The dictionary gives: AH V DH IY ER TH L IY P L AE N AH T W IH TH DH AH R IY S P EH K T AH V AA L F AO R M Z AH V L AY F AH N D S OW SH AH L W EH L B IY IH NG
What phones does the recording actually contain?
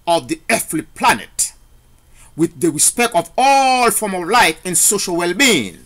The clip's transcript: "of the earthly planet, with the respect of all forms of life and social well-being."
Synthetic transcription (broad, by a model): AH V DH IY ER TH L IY P L AE N AH T W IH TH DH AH R IY S P EH K T AH V AA L F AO R M AH V L AY F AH N S OW SH AH L W EH L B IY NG